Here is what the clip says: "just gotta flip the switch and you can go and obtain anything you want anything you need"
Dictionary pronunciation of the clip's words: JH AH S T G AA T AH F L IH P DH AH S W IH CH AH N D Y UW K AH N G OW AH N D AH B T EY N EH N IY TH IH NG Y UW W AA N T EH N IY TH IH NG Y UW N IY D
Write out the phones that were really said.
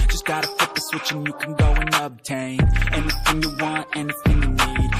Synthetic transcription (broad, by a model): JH AH S G AA T AH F IH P DH AH S W IH CH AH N Y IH K N G OW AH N AH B T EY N EH N IY TH IH NG Y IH W AA N T EH N IY TH IH NG Y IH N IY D